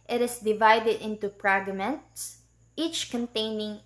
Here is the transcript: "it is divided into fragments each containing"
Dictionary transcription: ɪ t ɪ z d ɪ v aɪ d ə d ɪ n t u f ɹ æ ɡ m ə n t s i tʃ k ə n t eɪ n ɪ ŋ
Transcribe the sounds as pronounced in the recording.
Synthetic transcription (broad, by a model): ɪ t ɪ s d ɪ v aɪ d ə d ɪ n t u p ɹ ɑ ɡ m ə n t s i tʃ k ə n t eɪ n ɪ ŋ